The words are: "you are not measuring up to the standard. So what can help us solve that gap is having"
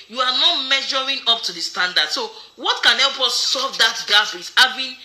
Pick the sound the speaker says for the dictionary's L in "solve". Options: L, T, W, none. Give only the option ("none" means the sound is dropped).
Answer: none